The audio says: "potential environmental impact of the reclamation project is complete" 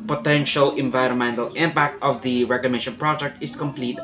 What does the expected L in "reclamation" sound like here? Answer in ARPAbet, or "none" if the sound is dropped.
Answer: none